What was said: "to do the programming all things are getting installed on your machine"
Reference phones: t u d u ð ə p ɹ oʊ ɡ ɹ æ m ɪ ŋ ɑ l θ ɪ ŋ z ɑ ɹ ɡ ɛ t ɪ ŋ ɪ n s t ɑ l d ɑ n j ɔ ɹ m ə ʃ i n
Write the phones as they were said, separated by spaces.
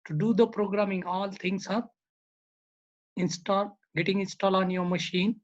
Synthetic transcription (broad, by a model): t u d u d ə p ɹ oʊ ɡ ɹ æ m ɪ ŋ ɑ l t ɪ ŋ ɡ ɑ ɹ ɡ ɛ t ɪ ŋ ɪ n s t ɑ l ɑ n j ɔ ɹ m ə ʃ i n